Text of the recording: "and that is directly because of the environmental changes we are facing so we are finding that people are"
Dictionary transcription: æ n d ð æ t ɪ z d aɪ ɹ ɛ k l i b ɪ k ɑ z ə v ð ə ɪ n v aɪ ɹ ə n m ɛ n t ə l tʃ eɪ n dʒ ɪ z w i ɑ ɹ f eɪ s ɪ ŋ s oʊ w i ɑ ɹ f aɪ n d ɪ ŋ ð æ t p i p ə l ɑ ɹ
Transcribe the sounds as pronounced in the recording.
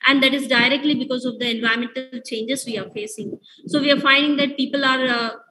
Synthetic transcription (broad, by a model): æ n d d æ t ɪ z d aɪ ɹ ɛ k l i b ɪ k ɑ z ə v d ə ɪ n v aɪ ə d m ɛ n t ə l tʃ eɪ n dʒ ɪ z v i ɑ ɹ f eɪ s ɪ ŋ s oʊ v i ɑ ɹ f aɪ n d ɪ ŋ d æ t p i p ə l ɑ ɹ